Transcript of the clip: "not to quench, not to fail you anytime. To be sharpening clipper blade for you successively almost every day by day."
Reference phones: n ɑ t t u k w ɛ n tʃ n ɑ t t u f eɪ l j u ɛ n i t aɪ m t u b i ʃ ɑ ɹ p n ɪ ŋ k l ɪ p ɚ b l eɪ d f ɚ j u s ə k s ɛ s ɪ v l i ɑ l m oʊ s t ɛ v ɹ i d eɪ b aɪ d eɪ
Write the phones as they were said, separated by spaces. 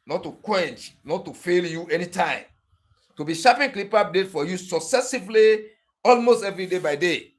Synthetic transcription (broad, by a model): n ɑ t t u k w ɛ n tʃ n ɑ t t u f eɪ l j u ɛ n i t aɪ m t u b i ʃ ɑ p ɪ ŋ k l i p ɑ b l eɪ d f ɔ j u s ə k s ɛ s ɪ v l i ɑ l m oʊ s t ɛ v ɹ i d eɪ b aɪ d eɪ